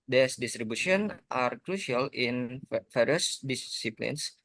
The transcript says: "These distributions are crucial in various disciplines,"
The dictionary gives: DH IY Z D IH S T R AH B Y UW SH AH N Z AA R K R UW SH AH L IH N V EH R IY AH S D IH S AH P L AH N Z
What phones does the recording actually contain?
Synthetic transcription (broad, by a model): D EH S D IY S T R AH B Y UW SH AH N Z AA R K R UW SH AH L IH N F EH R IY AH S D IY S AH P L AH N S